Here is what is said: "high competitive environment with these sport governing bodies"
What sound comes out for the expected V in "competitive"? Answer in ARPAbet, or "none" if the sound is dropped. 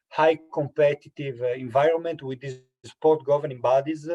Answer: V